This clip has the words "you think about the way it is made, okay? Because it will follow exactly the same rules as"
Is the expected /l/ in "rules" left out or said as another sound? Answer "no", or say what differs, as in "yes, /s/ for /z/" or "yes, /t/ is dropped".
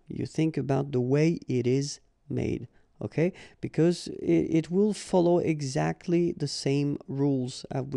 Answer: no